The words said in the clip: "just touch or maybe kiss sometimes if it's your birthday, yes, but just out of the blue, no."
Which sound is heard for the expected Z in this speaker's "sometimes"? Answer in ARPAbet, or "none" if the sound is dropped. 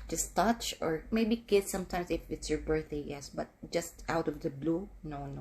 S